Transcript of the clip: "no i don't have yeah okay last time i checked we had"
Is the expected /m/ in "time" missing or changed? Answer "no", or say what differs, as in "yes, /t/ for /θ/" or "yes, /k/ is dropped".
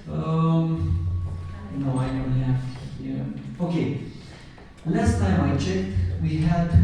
no